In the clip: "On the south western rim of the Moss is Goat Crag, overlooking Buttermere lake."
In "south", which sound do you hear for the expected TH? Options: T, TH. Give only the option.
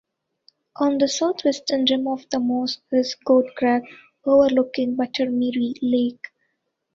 T